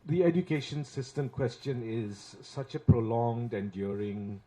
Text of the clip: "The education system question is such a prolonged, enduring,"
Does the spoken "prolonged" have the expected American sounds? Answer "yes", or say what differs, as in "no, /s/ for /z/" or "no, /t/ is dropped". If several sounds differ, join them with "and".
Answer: yes